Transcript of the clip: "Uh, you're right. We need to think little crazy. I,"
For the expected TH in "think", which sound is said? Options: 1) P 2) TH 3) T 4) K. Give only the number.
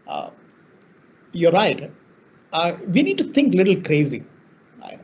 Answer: 3